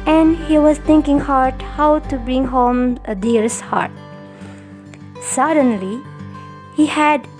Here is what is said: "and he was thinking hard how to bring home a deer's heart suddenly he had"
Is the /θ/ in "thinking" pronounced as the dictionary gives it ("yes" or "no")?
no